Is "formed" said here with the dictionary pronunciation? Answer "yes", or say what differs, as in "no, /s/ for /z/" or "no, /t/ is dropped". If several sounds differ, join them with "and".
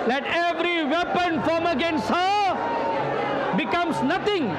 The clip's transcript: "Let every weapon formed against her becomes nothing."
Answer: no, /d/ is dropped